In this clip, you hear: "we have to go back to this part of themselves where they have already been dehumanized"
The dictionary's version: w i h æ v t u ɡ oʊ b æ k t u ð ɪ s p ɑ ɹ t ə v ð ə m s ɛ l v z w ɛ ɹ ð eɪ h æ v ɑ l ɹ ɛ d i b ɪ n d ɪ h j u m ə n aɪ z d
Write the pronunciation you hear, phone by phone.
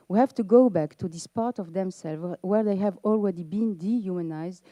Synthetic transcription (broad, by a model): w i h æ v t u ɡ oʊ b æ k t u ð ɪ s p ɑ ɹ t ə v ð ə m s ɛ l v w ɛ ɹ ð eɪ h æ v ɑ l ɹ ɛ d i b ɪ n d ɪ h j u m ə n aɪ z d